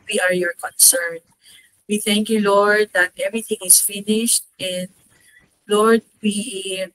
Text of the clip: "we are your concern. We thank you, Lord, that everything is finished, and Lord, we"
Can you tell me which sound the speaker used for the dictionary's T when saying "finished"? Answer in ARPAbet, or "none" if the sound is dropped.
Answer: T